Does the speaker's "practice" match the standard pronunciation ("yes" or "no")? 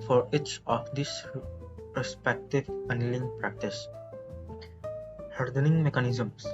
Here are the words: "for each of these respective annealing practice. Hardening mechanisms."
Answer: yes